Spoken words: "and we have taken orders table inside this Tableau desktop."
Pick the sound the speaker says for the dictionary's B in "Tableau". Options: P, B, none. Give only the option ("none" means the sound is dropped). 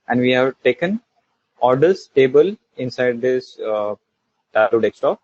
none